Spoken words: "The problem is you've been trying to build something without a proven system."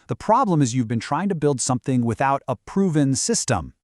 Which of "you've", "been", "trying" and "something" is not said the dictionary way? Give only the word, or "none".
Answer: none